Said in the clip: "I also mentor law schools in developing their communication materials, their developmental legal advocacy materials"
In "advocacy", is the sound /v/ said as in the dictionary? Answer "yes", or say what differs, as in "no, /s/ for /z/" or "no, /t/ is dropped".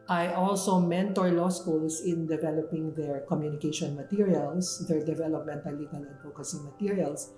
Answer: no, /f/ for /v/